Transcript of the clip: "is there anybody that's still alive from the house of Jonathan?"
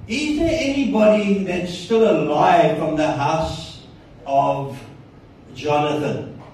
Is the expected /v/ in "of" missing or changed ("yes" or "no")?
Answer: no